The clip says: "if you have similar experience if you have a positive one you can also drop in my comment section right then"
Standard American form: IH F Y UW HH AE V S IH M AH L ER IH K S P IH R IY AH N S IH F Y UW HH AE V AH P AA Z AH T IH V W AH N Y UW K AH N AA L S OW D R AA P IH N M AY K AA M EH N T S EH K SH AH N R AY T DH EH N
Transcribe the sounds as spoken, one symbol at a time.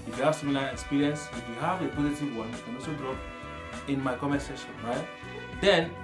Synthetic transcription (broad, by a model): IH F Y UW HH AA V S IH M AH L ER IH K S P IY R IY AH N S IH F Y UW HH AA V AH P AA Z AH T IH V W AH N K AH N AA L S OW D R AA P IH N M AY K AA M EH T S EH SH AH N R AY T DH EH N